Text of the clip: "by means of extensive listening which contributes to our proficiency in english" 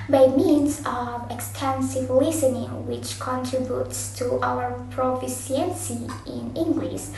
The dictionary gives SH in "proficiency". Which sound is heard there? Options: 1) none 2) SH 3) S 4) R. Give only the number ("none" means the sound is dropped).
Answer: 3